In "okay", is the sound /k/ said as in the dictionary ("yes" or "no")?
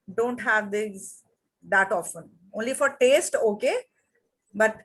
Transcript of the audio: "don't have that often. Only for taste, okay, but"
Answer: yes